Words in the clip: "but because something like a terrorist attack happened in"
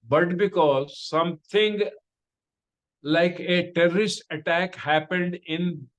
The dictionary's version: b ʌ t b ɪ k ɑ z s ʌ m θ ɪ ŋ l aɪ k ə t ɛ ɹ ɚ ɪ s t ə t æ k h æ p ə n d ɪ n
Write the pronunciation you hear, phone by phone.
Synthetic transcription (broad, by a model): b ʌ t b ɪ k ɑ z s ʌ m t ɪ ŋ l aɪ k ə t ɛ ɹ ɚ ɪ s t ə t æ k h æ p ə n d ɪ n